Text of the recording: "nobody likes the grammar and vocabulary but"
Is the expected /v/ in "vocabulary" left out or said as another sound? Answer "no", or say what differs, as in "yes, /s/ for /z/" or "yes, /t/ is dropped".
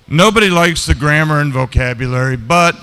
no